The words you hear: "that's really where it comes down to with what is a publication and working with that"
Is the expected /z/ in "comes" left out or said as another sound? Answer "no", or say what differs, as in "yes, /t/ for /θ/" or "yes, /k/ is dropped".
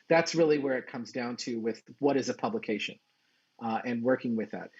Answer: no